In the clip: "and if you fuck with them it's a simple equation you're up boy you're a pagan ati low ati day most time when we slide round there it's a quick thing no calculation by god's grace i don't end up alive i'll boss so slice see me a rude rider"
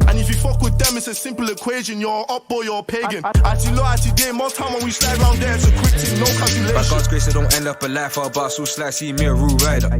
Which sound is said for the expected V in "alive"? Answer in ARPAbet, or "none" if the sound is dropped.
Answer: F